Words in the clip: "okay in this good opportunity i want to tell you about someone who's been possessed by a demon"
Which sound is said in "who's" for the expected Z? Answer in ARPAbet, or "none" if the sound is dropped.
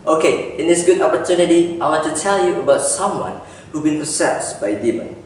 none